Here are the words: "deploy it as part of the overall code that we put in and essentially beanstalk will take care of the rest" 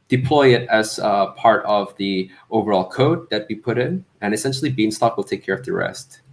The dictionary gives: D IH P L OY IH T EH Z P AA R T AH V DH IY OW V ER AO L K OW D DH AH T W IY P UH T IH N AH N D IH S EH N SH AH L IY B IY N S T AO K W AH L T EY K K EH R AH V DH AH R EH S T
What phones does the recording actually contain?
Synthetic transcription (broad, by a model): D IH P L OY IH T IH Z P AA R T AH V DH IY OW V ER AO L K OW D DH AH T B IY P UH T IH N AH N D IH S EH N SH L IY B IY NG S T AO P W AH L T EY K K EH R AH V DH AH R EH S T